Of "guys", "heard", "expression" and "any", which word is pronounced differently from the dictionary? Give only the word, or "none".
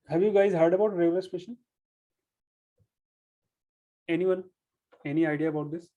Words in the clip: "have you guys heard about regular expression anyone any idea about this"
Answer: expression